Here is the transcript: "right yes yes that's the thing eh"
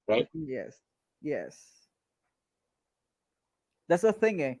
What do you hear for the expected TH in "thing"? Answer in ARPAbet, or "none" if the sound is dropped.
TH